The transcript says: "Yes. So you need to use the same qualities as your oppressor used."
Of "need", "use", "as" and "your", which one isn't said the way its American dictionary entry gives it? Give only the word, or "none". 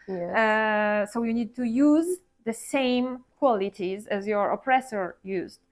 none